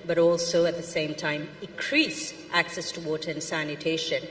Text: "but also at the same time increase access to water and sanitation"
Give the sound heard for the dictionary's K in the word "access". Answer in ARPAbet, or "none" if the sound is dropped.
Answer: K